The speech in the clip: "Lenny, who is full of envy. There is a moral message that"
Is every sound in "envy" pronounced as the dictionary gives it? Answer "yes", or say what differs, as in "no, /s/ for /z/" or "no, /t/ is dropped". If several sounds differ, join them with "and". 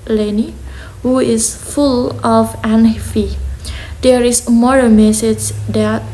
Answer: no, /f/ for /v/